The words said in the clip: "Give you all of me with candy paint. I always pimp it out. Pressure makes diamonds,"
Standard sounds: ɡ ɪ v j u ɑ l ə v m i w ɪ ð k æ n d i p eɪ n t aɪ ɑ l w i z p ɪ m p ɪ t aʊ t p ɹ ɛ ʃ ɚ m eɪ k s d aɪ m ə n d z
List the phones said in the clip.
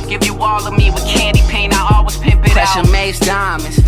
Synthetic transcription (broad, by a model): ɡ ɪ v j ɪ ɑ l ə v m i w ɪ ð k æ n d i p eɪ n aɪ ɑ l w i z p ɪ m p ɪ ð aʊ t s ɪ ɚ m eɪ s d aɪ m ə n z